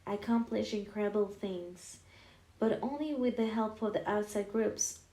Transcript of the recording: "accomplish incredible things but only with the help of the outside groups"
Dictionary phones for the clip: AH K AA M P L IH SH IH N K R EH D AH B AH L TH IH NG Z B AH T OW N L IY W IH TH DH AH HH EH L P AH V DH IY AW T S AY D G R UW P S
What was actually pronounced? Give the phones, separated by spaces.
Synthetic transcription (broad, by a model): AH K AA M P L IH SH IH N K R EH D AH B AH L TH IH NG Z B AH T OW N L IY W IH DH AH HH EH L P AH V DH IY AW T S AY D G R UW P S